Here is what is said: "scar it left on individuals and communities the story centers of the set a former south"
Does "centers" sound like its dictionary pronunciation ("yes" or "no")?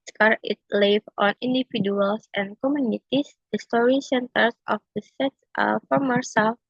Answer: no